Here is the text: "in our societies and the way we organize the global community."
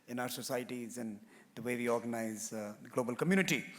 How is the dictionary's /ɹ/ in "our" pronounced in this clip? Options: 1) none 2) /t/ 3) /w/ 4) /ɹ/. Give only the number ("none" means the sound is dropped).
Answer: 4